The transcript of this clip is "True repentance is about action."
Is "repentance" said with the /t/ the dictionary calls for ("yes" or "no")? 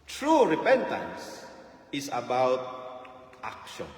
yes